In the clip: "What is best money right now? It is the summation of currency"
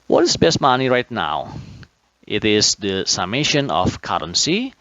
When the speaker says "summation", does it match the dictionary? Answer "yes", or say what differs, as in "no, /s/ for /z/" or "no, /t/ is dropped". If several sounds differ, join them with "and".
yes